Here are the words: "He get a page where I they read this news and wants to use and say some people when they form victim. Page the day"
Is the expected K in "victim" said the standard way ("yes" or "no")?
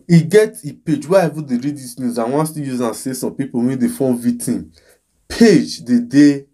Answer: no